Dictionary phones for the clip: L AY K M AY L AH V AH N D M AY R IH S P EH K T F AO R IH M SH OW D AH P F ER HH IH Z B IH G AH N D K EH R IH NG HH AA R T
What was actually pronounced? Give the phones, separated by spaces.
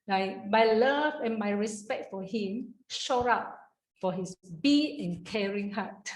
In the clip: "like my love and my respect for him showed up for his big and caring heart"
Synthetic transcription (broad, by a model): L AY M AY L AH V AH N M AY R IH S P EH K T F AO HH IH M SH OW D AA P F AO HH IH S B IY AH N K EH R IH NG HH AA T